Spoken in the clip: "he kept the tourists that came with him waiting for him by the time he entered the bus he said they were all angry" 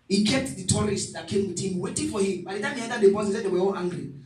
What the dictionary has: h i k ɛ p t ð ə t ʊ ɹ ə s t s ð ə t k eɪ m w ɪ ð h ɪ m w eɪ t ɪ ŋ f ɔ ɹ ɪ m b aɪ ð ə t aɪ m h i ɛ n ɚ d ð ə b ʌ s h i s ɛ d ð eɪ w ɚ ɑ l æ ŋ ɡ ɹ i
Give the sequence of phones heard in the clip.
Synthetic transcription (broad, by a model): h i k ɛ p t ð ə t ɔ ɹ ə s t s ð ə t k eɪ m w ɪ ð h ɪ m w eɪ t ɪ ŋ f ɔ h ɪ m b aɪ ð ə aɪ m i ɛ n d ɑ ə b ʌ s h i s ɛ d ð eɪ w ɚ ɑ l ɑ ŋ ɡ ɹ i